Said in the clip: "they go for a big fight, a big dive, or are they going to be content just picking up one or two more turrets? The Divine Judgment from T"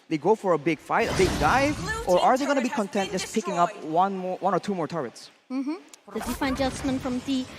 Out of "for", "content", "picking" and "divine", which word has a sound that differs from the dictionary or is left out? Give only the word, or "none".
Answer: divine